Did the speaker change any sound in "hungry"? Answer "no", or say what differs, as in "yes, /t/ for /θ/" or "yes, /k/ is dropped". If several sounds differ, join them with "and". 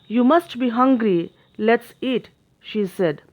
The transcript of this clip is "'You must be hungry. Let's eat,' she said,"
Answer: no